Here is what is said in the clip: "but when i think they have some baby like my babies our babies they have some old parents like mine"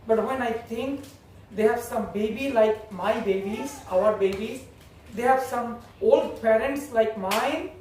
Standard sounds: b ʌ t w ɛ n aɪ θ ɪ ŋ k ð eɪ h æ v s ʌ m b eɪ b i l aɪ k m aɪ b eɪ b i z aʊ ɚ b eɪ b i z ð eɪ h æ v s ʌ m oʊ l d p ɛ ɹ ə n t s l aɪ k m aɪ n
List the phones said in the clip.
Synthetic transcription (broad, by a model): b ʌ t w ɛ n aɪ t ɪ ŋ k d eɪ h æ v s ʌ m b eɪ b i l aɪ k m aɪ b eɪ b i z aʊ ɚ b eɪ b i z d eɪ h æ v s ʌ m oʊ l d p ɛ ɹ ə n t s l aɪ k m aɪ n